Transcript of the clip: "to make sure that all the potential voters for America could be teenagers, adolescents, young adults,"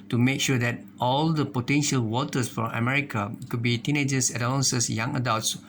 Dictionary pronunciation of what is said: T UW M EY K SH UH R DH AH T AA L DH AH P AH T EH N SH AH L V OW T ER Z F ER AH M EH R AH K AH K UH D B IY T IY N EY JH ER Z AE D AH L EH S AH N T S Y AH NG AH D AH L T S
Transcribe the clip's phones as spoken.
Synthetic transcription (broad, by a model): T UW M EY K SH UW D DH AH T AA L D AH P AH T EH N SH AH L W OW T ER S F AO AH M EH R AH K AH K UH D B IY T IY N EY JH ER S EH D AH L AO S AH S Y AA NG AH D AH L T S